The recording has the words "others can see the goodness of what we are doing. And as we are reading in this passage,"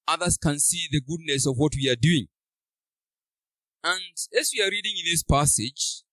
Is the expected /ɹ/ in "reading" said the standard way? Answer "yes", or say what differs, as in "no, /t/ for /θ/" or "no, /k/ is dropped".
yes